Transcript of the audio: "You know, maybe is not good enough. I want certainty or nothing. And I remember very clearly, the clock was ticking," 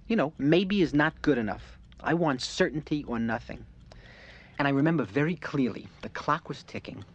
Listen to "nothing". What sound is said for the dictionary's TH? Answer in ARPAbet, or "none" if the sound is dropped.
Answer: TH